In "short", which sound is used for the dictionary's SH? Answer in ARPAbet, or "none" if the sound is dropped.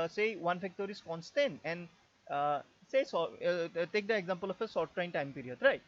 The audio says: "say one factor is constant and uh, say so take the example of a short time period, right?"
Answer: S